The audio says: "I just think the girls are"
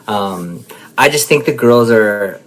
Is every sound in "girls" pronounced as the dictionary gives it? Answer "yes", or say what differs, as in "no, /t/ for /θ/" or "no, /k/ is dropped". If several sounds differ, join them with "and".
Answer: yes